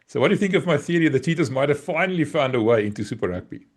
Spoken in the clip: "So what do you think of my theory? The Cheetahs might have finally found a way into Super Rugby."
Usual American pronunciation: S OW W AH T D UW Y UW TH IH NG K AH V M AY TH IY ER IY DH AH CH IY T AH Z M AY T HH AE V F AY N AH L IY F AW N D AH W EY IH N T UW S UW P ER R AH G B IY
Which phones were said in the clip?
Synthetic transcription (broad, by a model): S OW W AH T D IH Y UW TH IH NG K AH V M AY TH IY ER IY DH AH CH IY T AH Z M AY T HH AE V F AY N AH L IY F AW N D AH W EY IH N T UW S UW P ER R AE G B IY